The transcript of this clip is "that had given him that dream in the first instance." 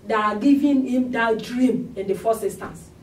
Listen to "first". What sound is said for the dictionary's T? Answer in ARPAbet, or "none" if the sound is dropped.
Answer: none